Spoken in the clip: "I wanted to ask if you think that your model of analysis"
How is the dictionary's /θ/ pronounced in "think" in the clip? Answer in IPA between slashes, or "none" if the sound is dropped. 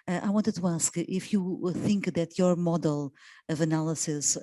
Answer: /θ/